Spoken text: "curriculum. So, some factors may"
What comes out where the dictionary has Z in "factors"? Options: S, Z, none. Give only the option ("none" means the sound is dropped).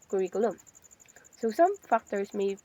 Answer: S